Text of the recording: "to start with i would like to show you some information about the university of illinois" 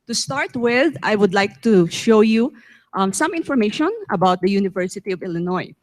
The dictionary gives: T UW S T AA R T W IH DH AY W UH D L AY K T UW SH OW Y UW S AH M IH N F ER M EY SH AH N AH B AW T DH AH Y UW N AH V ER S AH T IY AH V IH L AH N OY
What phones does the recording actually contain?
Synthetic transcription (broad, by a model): T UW S T AA R T W IH DH AY W UH D L AY K T UW SH OW Y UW S AH M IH N F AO M EY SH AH N AH B AW T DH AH Y UW N AH V ER S AH T IY AH V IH L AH N OY